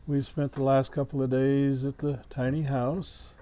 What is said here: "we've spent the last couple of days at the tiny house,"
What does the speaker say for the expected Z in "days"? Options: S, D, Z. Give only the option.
Z